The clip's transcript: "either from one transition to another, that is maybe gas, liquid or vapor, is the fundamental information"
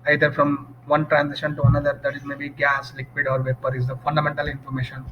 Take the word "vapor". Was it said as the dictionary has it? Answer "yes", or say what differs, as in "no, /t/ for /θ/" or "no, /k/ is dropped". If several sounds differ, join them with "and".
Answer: yes